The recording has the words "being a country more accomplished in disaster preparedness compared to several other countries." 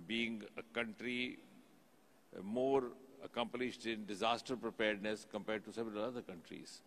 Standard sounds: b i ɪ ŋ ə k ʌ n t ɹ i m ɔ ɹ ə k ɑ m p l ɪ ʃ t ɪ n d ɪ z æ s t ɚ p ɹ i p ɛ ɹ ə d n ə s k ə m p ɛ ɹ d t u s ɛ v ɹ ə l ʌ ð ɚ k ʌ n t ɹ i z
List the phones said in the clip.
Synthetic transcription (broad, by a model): b i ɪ ŋ ə k ʌ n t ɹ i m ɔ ɹ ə k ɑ m p l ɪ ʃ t ɪ n d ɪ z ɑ s t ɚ p ɹ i p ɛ ɹ d n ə s k ə m p ɛ ɹ d t u s ɛ v ɹ ə l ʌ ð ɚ k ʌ n t ɹ i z